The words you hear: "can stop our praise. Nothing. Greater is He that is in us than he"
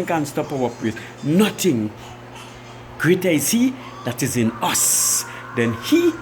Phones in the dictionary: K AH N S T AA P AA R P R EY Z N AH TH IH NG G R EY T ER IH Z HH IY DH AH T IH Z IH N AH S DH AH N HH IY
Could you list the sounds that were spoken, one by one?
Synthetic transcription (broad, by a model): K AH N S T AA P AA W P W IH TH N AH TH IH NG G R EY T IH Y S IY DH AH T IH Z IH N AH S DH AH N HH IY